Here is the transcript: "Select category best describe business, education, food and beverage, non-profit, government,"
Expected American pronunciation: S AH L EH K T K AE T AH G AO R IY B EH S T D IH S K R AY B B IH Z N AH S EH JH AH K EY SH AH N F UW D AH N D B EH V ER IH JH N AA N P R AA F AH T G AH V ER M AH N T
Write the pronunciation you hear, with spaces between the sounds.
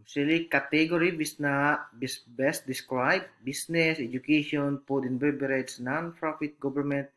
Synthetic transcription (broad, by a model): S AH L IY K T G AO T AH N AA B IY B EH S T D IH S K R AY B B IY S N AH S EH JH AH K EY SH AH N P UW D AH N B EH B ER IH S N AA N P R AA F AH T G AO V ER M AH N T